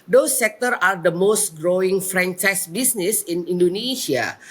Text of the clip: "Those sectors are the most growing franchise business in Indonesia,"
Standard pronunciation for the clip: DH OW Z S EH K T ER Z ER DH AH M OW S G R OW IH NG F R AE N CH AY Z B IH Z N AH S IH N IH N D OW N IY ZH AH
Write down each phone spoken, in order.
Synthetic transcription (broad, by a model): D OW S EH K T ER AA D AH M OW S G R OW IH NG F R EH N CH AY S B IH S N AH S IH N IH N D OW N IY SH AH